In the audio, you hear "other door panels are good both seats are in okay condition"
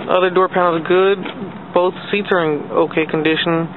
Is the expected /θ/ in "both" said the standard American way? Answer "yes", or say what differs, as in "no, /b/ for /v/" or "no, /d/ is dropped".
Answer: yes